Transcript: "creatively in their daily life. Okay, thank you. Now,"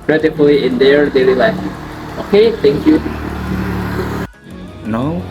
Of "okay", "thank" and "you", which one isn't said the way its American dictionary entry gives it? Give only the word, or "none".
thank